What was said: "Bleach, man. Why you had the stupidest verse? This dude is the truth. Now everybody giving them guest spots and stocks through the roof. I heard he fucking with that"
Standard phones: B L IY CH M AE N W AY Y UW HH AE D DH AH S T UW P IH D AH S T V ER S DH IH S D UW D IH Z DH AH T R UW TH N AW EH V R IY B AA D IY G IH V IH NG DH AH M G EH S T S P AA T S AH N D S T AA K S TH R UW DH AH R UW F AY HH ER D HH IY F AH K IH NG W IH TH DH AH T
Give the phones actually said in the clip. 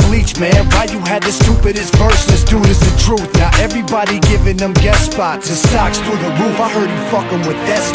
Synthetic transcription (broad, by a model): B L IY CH M AE N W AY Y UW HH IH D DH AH S T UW P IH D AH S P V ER S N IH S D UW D IH Z DH AH T R UW TH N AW EH V R IY B AA D IY G IH V IH NG DH AH M G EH T S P AA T AH S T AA K S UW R DH AH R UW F AY HH ER D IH F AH K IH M W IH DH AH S